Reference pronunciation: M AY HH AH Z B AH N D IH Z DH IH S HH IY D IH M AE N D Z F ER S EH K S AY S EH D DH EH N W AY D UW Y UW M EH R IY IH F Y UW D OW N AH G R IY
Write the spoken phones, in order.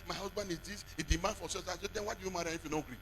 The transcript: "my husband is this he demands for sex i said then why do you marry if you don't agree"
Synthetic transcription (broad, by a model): M AY HH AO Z B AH N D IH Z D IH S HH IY D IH M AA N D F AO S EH S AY S EH D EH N W AY D UW Y UW M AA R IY IH F Y UW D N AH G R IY